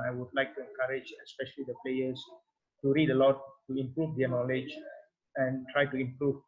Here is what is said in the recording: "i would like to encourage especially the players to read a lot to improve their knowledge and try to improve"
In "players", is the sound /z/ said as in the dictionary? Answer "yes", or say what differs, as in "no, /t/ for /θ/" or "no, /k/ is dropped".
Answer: no, /s/ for /z/